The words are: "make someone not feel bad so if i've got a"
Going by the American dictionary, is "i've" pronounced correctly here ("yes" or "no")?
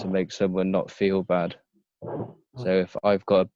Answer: yes